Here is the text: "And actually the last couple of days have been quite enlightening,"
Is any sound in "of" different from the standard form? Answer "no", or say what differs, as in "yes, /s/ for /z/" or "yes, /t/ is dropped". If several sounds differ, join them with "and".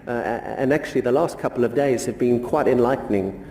no